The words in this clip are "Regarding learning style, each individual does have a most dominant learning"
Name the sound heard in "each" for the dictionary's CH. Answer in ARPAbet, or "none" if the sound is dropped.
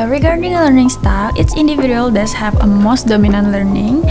S